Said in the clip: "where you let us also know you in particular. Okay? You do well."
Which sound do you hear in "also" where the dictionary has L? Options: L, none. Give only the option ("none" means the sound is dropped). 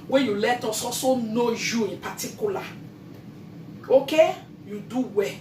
none